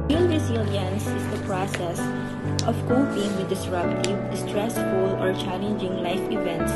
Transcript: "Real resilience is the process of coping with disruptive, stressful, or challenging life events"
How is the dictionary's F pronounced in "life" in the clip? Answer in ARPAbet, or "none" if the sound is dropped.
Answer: F